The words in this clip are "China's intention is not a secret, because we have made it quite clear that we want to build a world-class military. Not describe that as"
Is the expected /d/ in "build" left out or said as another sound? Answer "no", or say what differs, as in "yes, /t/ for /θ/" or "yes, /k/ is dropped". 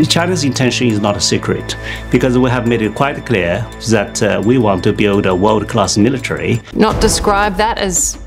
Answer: no